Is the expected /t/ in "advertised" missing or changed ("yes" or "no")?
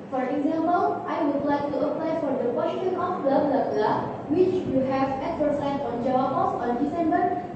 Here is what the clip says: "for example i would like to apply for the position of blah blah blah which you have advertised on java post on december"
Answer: yes